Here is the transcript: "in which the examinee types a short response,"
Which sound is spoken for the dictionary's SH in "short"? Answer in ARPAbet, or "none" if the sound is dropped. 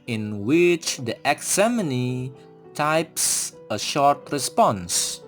SH